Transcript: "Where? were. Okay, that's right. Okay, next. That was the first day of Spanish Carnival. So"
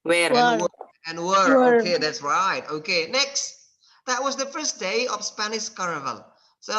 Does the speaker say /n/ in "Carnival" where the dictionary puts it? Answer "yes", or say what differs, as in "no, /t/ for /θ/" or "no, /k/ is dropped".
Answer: no, /n/ is dropped